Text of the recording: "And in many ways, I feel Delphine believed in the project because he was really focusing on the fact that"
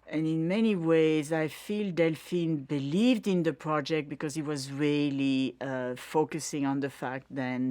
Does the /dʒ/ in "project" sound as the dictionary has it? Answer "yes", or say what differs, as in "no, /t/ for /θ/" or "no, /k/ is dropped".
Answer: yes